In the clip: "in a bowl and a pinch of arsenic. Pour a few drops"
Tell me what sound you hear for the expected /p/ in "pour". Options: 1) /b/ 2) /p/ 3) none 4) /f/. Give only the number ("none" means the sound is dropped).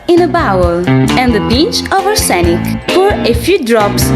4